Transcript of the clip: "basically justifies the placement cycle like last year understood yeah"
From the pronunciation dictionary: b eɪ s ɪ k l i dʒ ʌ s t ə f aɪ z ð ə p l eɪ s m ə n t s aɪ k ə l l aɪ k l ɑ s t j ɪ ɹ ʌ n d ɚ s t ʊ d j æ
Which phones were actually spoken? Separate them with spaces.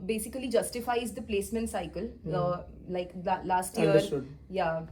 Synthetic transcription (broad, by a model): b eɪ s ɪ k l i dʒ ʌ s t ə f aɪ z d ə p l eɪ s m ə n t s aɪ k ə l l aɪ k l ɑ s t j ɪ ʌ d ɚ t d j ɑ